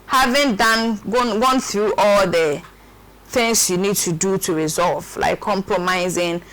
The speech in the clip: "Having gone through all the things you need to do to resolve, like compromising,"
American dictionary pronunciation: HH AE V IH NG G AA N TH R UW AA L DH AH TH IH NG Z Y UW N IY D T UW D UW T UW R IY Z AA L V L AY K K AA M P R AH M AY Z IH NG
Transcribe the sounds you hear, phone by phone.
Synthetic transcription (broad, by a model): HH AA V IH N G AA N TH R UW AA L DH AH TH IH NG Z Y UW N IY D T UW D UW T UW R IY Z AA L V L AY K K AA M P R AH M AY Z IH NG